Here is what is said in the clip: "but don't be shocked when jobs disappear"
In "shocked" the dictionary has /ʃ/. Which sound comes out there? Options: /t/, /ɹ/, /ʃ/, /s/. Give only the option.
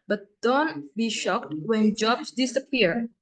/ʃ/